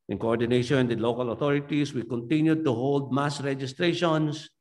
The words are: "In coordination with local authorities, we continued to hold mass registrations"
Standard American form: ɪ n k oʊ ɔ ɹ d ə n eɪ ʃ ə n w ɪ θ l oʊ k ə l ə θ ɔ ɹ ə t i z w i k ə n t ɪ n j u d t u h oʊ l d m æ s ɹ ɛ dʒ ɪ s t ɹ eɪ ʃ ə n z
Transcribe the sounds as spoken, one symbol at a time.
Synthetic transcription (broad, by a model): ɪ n k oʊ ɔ ɹ d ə n eɪ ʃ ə n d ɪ l oʊ k ə l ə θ ɔ ɹ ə t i s w i k ə n t ɪ n j u d t u h oʊ l d m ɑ s ɹ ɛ dʒ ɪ s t ɹ eɪ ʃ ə n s